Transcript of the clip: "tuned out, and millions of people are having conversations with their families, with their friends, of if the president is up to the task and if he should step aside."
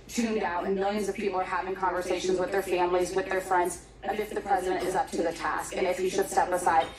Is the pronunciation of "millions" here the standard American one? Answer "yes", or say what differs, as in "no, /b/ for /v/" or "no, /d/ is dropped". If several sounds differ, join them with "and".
yes